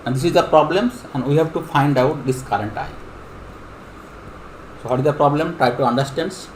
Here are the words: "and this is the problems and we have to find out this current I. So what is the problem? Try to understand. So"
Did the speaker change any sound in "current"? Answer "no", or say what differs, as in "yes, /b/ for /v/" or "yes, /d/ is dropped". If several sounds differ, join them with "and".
no